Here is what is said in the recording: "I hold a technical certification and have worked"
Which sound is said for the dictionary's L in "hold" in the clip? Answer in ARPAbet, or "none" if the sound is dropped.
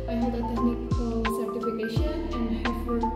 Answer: none